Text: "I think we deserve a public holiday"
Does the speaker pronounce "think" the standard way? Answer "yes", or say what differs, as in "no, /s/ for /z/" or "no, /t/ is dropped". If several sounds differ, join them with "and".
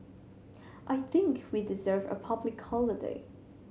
yes